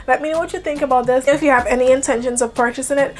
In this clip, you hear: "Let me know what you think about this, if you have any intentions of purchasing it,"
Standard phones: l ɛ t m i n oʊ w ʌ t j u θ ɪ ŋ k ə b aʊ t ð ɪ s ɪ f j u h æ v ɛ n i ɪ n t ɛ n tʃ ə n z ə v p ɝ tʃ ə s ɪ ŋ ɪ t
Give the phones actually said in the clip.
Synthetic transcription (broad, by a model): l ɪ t m i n w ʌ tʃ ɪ θ ɪ ŋ k ə b aʊ t ð ɪ s ɪ f j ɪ v ɛ n i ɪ n t ɛ n ʃ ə n z ə v p ɝ tʃ ə s ɪ ŋ ɪ t